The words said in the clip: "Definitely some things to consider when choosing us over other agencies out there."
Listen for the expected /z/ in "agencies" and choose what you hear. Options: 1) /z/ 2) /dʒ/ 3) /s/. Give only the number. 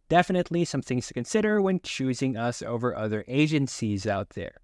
1